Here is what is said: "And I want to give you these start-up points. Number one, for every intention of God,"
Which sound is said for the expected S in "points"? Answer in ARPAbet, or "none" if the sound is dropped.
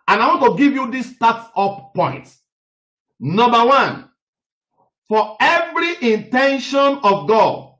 none